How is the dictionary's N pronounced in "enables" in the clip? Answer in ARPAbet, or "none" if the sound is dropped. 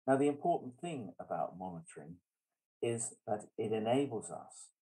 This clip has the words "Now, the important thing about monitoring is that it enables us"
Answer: N